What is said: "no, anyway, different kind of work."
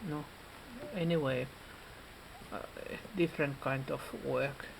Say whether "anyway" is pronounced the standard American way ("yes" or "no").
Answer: yes